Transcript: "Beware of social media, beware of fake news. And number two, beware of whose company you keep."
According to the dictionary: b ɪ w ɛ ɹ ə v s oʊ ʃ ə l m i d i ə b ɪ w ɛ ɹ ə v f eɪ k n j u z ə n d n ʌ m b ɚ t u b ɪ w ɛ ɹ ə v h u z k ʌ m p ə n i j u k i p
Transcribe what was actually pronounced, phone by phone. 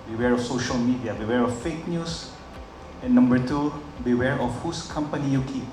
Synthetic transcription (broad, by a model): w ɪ w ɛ ɹ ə f s oʊ ʃ ə l m i d i ə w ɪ w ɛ ɹ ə f f eɪ k n j u s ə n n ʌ m b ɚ t u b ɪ w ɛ ɹ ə f h u s k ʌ m p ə n i j u k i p